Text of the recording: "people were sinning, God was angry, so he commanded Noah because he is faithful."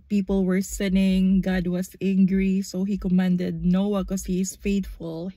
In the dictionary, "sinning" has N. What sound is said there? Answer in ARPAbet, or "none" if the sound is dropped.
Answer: N